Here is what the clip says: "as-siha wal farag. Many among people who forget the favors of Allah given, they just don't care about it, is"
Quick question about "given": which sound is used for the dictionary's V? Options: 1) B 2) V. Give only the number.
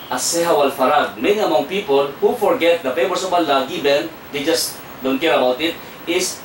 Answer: 1